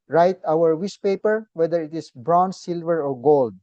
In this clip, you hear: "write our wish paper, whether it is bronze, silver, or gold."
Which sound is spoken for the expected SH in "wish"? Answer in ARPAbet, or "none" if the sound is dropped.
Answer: S